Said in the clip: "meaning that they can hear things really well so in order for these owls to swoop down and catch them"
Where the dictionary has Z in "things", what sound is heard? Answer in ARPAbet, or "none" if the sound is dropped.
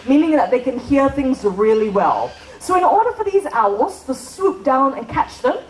Z